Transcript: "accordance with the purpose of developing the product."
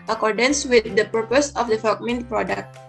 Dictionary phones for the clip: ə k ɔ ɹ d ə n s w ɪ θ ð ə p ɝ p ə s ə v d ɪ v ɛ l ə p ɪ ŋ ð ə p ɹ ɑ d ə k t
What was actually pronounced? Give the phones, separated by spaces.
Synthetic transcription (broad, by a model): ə k ɔ ɹ d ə n s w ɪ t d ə p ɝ p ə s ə f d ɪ f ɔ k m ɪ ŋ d p ɹ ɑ d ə k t